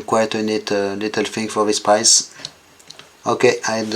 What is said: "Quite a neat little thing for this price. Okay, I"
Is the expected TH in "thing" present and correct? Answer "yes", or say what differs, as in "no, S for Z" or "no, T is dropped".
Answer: no, F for TH